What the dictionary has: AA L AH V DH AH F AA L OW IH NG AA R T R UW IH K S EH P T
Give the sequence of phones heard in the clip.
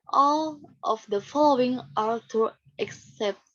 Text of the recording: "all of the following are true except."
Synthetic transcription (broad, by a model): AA L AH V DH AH F AA L OW IH NG AA R T UW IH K S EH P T